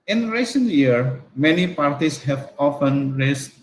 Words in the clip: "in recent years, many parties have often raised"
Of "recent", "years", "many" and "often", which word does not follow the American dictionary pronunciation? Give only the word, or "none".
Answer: years